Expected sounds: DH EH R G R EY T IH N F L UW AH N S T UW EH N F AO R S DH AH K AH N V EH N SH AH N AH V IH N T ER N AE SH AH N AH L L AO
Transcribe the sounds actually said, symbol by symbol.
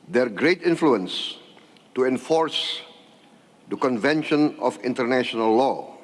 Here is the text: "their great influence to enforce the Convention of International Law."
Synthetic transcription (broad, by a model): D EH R G R EY T IH N F L UW AH N S T UW EH N F AO R S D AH K AH N V EH N SH AH N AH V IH N T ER N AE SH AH N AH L L AO